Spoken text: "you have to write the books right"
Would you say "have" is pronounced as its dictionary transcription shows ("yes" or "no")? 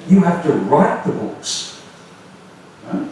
no